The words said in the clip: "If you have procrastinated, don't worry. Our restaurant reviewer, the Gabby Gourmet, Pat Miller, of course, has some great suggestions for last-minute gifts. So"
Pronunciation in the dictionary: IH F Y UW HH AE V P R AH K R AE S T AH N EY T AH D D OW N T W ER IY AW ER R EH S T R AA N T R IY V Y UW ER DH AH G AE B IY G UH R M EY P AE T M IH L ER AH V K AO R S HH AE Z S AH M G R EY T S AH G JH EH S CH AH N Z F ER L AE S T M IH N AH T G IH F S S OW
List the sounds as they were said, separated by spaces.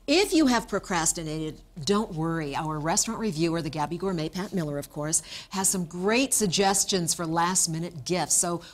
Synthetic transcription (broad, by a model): IH F Y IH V P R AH K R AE S T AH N EY T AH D D OW N T W ER IY AW ER R EH S T R AA N T R IY V Y UW ER DH AH G AE B IY G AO R M EY P AE T M IH L ER AH V K AO R S HH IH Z S AH M G R EY T S AH G JH EH S CH AH N Z F ER L AE S T M IH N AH T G IH F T S OW